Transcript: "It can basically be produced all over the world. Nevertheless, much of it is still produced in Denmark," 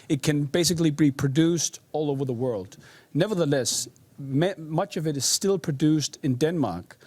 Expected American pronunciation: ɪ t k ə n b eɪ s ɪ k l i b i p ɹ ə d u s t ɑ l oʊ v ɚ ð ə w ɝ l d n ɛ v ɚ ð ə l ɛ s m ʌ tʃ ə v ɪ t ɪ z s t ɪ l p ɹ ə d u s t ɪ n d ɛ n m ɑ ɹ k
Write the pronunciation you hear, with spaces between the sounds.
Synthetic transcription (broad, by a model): ɪ t k ə n b eɪ s ɪ k l i b i p ɹ ə d u s t ɑ l oʊ v ɚ ð ə w ɝ l d n ɛ v ɚ ð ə l ɛ s m ʌ tʃ ə v ɪ t ɪ z s t ɪ l p ɹ ə d u s t ɪ n d ɛ n m ɑ ɹ k